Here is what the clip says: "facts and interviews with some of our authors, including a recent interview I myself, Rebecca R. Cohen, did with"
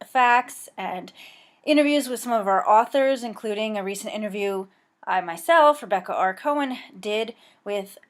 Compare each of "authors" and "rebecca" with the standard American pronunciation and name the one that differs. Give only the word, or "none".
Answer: none